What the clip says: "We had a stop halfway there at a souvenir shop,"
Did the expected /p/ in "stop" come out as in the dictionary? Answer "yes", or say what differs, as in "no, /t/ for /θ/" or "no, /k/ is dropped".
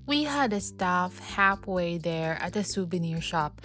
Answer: no, /f/ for /p/